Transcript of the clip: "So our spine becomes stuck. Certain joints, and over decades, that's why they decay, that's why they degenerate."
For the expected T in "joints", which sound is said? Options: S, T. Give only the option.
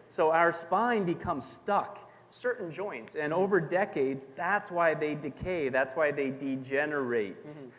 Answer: T